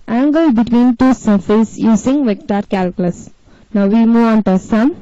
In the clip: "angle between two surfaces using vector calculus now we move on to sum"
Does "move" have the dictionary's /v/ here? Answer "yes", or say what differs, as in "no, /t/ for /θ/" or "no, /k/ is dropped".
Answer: no, /v/ is dropped